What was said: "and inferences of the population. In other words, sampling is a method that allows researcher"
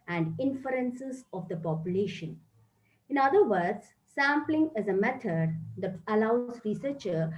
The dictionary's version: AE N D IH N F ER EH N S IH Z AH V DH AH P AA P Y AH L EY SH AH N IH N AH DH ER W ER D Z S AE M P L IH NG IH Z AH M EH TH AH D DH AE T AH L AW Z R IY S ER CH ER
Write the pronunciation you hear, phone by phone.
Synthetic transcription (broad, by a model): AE N D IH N F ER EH N S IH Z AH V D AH P AA P Y AH L EY SH AH N IH N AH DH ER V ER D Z S AE M P L IH NG IH Z AH M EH T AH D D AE T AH L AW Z R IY S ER CH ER